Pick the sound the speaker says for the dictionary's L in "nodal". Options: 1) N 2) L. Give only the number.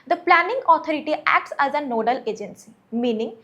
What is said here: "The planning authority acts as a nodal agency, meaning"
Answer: 2